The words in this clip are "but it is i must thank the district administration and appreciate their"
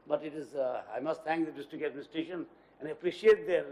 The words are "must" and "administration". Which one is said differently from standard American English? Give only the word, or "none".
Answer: administration